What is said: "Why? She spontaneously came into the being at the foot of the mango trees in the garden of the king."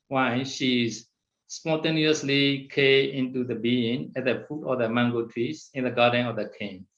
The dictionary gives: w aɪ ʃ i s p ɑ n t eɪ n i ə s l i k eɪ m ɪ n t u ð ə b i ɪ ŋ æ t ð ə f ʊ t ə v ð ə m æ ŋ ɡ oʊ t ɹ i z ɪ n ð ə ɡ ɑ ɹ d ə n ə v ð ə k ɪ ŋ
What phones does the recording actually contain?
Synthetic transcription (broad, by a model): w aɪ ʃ i s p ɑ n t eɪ n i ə s l i k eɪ ɪ n t u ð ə b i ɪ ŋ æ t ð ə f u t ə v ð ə m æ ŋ ɡ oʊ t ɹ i s ɪ n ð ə ɡ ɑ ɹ d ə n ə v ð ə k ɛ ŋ